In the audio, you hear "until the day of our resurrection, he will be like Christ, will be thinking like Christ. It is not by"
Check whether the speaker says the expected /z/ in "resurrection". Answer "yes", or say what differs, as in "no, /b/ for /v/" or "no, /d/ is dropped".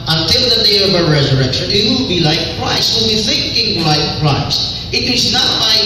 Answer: yes